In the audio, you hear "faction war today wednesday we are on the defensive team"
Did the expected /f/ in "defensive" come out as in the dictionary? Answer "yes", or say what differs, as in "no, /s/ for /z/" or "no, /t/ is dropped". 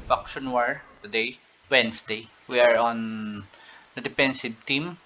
no, /p/ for /f/